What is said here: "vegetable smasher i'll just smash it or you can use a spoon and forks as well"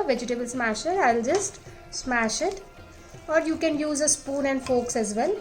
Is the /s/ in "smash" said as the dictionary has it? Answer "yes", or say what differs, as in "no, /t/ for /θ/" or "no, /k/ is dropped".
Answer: yes